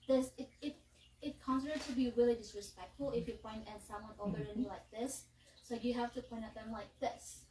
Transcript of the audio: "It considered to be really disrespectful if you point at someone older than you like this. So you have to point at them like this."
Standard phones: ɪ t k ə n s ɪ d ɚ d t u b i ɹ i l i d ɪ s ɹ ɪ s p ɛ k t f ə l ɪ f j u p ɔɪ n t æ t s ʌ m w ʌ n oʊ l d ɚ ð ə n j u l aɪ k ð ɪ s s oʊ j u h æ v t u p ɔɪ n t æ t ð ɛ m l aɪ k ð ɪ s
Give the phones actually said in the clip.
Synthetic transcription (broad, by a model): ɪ t k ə n s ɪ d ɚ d t u b i ɹ i l i d ɪ s ɹ ɪ s p ɛ k t f ə l ɪ f j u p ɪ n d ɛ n s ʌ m w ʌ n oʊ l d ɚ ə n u l aɪ k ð ɪ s s oʊ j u h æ f t u p ɔɪ n t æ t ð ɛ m l aɪ k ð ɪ s